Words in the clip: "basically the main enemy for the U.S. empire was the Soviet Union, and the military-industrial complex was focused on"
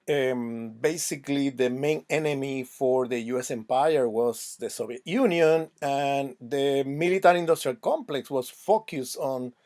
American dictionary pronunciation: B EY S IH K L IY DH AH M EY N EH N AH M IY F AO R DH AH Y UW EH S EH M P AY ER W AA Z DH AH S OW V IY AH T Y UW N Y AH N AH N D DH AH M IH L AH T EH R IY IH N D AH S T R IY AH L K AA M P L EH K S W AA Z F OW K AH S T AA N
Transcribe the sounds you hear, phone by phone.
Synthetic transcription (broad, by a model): B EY S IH K L IY DH AH M EY N EH N AH M IY F AO R DH AH Y UW EH S EH M P AY ER W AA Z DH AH S OW B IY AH T Y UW N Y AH N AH N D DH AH M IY L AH T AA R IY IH N D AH S T R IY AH L K AA M P L EH K S W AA S F OW K AH S T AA N